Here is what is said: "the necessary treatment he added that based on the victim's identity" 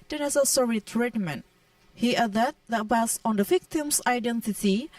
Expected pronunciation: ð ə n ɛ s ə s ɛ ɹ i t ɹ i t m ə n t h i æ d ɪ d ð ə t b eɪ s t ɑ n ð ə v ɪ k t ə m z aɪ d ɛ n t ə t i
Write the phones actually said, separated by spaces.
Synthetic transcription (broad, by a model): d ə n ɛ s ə s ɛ ɹ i t ɹ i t m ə n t h i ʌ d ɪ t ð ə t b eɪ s ɑ n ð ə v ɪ k t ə m s aɪ d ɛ n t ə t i